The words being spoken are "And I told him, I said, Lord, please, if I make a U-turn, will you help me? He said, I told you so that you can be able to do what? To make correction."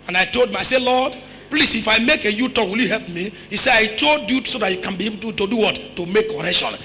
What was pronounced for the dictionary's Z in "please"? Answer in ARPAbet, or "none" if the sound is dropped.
S